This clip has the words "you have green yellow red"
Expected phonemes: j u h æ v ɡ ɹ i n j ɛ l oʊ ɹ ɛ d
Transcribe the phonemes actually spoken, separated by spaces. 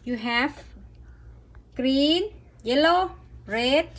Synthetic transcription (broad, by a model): j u h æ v ɡ ɹ i n j ɛ l oʊ ɹ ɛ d